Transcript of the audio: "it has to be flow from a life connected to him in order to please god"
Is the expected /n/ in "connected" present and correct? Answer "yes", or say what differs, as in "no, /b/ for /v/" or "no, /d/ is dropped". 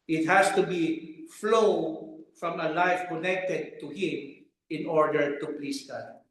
yes